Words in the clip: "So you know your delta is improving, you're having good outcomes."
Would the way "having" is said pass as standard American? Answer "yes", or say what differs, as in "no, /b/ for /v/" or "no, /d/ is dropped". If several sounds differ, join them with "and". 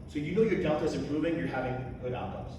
yes